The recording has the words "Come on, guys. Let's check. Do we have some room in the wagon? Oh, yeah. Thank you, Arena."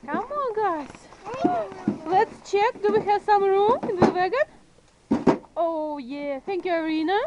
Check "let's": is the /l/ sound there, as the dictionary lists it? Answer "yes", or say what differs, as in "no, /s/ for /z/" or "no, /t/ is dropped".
yes